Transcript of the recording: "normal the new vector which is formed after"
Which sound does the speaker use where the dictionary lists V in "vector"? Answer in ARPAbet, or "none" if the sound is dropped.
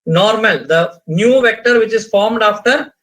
V